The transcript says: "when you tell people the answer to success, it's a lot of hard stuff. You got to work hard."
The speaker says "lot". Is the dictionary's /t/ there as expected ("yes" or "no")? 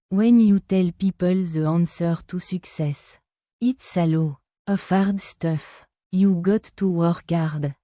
no